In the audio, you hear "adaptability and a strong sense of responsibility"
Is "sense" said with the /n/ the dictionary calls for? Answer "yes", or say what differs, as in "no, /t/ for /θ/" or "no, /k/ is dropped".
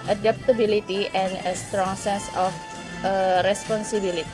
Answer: no, /n/ is dropped